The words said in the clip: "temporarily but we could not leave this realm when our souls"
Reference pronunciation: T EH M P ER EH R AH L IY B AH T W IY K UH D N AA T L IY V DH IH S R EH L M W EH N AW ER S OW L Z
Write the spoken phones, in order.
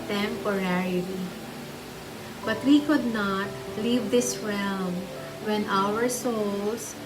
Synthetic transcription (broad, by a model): T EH M P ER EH R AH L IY B AH T W IY K UH D N AA T L IY V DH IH S R EH L M W EH N AW ER S OW L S